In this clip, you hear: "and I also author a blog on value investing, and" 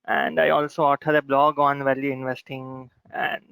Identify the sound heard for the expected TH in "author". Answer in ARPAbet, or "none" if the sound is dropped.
T